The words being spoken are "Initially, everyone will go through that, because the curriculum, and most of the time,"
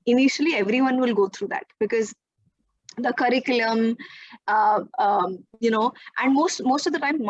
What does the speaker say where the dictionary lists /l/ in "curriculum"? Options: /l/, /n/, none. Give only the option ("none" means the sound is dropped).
/n/